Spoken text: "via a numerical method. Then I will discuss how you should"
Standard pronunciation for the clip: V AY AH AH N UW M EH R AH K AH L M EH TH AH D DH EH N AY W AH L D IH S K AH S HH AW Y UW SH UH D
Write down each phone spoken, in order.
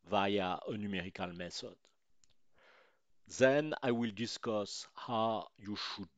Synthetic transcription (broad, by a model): V AY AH AH N UW M EH R AH K AH L M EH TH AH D DH EH N AY W AH L D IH S K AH S HH AW Y UW SH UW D